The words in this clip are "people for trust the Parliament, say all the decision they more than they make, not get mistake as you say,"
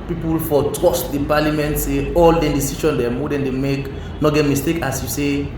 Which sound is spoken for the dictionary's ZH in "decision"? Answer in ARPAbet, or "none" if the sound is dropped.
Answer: SH